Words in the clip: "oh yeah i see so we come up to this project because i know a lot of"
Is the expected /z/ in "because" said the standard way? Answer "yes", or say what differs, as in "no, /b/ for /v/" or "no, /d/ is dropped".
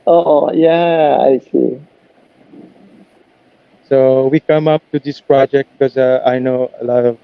no, /z/ is dropped